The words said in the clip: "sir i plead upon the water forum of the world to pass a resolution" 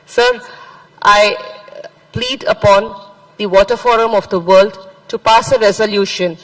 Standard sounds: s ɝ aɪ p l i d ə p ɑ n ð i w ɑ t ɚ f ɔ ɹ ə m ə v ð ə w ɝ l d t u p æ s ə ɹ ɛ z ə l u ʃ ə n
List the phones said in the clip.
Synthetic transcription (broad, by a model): s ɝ aɪ p l i d ə p ɑ n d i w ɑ t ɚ f ɔ ɹ ə m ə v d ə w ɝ l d t u p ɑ s ə ɹ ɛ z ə l u ʃ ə n